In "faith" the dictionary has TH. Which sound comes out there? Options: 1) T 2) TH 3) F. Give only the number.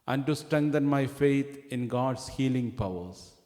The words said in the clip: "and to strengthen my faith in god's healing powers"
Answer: 1